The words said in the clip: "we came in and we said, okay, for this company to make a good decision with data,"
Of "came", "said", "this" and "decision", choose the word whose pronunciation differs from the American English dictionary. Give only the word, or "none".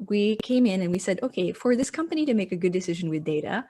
none